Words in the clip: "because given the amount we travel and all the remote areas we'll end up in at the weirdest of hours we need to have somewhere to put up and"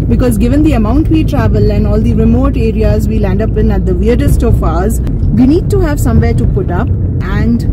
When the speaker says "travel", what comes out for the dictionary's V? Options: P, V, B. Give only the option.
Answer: V